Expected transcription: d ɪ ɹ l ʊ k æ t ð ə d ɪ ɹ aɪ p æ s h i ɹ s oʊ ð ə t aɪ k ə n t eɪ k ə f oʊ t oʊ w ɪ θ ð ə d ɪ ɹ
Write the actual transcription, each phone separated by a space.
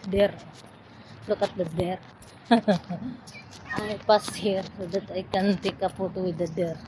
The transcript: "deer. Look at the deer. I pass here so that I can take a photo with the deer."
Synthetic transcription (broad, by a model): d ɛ ɹ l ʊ k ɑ t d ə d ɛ ɹ aɪ p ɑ s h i ɹ s oʊ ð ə t aɪ k ə n t eɪ k ə p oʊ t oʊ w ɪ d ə d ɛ ɹ